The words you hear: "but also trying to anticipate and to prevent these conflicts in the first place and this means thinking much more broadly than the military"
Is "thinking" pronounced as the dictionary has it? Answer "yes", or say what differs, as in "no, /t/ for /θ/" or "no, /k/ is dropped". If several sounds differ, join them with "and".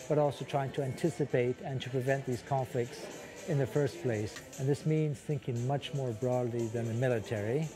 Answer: yes